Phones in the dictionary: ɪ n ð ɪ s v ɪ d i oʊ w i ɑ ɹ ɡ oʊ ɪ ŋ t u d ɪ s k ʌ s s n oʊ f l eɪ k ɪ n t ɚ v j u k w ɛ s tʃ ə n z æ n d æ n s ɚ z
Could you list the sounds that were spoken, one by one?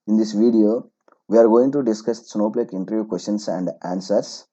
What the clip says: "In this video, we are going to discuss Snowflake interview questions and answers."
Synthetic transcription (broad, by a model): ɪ n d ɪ s v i d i oʊ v i ɑ ɹ ɡ oʊ ɪ ŋ t u d ɪ s k ʌ s s n oʊ p l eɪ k ɪ n t ɚ v j u k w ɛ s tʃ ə n s æ n d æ n s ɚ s